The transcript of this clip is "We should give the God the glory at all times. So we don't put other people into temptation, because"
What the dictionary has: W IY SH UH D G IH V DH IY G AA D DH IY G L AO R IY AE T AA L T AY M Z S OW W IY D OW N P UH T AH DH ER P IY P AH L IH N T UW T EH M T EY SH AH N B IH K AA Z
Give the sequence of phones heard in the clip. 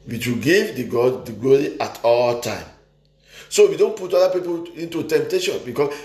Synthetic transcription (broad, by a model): W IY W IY G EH V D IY G AA D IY G L AO R IY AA T AA L T AY M S OW W IY D OW N P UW T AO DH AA P IY P AH L IH N T UW T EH M T EY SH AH N B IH K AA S